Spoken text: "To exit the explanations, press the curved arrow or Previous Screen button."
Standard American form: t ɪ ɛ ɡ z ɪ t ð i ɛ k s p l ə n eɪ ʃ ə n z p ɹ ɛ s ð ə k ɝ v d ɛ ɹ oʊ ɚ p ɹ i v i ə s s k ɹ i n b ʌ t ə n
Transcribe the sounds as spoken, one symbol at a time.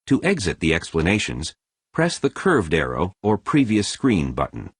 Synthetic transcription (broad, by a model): t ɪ ɛ ɡ z ɪ t ð i ɛ k s p l ə n eɪ ʃ ə n z p ɹ ɛ s ð ə k ɝ v d ɛ ɹ oʊ ɚ p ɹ i v i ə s s k ɹ i n b ʌ t n